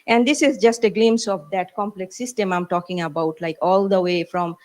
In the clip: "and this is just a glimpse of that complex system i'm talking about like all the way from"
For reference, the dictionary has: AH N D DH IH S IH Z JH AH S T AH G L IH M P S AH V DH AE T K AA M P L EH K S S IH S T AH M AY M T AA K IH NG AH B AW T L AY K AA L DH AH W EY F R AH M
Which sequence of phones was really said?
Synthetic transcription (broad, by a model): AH N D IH S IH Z JH AH S T AH G L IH M S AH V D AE T K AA M P L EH K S S IH S T AH M AY M T AA K IH NG AH B AW T L AY K AA L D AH W EY F R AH M